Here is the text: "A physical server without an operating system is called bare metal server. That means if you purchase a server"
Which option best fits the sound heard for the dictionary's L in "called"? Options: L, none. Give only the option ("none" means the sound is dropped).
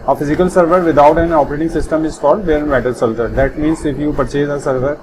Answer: none